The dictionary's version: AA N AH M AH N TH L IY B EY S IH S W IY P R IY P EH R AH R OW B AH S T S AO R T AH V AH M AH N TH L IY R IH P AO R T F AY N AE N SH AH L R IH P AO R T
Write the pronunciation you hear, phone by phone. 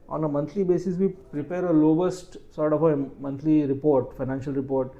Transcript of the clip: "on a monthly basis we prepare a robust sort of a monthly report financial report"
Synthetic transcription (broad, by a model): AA N AH M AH N T L IY B EY S IH S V IY P R IY P EH R AH L OW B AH S T S AO R T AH F AH M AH N T L IY R IH P AO R T F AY N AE N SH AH L R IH P AO R T